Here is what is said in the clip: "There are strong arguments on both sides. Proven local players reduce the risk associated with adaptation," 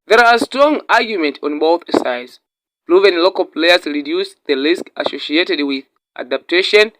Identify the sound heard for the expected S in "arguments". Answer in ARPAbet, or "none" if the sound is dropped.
none